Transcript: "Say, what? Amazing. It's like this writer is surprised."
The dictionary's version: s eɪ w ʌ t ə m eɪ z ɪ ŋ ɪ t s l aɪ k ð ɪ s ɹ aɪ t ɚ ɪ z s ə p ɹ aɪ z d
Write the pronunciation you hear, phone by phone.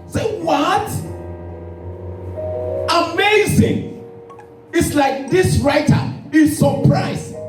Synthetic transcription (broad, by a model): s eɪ w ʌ t ə m eɪ z ɪ ŋ ɪ t s l aɪ k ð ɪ s ɹ aɪ t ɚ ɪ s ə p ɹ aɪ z